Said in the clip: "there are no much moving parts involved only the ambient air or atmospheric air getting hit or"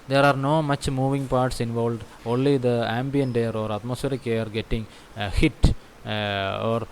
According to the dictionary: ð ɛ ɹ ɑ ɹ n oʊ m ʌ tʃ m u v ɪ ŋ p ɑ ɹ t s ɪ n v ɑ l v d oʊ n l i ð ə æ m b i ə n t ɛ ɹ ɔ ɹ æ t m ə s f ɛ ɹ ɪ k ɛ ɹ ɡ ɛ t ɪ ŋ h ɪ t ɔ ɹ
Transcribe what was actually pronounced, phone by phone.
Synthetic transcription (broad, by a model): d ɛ ɹ ɑ ɹ n oʊ m ʌ tʃ m u v ɪ ŋ p ɑ ɹ t s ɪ n v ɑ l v d oʊ n l i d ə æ m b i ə n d ɛ ɹ ɔ ɹ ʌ t m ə s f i ɹ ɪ k ɛ ɹ ɡ ɛ t ɪ ŋ h ɪ t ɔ ɹ